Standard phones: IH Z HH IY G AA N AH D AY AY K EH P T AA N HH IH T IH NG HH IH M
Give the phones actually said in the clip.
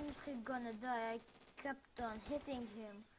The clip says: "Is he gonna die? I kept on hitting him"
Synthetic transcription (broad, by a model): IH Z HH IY G AA N AH D AY AY K EH P T AA N HH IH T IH NG HH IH M